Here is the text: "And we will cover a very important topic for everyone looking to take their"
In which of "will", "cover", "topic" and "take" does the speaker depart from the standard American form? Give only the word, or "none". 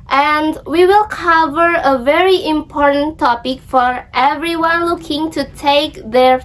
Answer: none